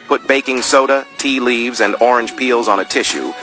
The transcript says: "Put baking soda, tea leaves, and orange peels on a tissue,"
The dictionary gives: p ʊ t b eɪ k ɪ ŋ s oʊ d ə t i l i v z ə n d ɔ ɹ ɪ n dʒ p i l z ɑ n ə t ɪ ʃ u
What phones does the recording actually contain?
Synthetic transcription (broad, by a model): p ʊ t b eɪ k ɪ ŋ s oʊ d ə t i l i v z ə n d ɔ ɹ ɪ n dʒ p i l z n ə t ɪ ʃ u